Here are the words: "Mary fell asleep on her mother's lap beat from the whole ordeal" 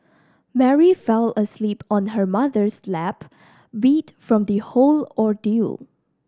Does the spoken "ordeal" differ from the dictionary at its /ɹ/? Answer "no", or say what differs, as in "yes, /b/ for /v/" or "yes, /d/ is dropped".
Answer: no